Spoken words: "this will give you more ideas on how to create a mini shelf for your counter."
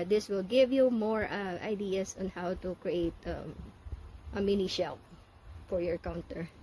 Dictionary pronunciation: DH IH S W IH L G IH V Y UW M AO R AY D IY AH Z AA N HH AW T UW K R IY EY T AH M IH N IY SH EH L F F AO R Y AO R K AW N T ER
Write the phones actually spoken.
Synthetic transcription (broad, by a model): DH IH S W IH L G IH V Y UW M AO R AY D IY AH S AA N HH AW T UW K R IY EY T AH M IH N IY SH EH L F F AO R Y AO R K AW N T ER